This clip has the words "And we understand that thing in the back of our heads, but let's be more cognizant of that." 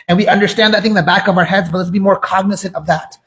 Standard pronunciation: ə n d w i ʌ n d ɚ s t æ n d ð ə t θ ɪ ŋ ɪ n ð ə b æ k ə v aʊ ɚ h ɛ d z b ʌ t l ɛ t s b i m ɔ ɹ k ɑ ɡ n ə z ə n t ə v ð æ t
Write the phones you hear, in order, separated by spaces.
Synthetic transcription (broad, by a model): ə n w i ʌ n d ɚ s t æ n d ð ə t θ ɪ ŋ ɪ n ð ə b æ k ə v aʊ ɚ h ɛ d z b ʌ t l ɛ t s b i m ɔ ɹ k ɑ ɡ n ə s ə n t ə v ð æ t